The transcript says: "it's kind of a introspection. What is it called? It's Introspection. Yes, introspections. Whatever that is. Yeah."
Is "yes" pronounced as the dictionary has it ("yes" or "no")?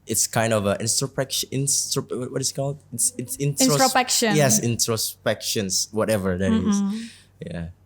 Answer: yes